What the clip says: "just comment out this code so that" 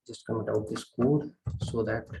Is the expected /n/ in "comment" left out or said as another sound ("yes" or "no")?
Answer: yes